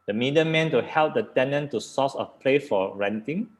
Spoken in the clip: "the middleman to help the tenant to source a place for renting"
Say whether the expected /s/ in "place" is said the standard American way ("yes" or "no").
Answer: no